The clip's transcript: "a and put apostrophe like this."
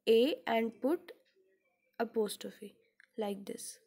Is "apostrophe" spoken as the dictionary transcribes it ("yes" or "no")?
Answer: no